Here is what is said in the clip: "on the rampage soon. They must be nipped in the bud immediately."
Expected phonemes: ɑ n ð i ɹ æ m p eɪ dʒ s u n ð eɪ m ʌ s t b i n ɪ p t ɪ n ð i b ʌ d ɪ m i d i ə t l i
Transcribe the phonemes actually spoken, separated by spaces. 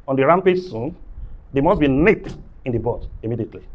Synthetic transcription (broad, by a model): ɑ n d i ɹ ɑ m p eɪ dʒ s u n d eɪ m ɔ s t b i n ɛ t ɪ n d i b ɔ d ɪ m i d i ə t l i